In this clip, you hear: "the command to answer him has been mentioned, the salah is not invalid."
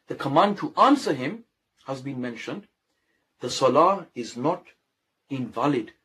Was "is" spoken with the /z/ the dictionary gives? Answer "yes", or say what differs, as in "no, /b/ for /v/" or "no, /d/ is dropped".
yes